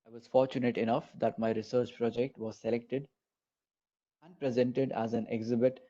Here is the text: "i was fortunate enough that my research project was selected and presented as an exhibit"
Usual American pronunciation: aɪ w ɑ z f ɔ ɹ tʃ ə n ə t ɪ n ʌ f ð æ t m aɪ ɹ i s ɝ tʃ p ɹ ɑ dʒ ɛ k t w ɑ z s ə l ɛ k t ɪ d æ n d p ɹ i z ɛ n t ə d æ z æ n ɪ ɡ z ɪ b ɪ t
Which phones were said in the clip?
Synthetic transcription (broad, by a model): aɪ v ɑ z f ɔ ɹ tʃ ə n ə t ɪ n ʌ f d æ t m aɪ ɹ i s ɝ tʃ p ɹ ɑ dʒ ɛ k t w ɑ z s ə l ɛ k t ɪ d æ n d p ɹ i z ɛ n t ə d æ z æ n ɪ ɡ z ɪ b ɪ t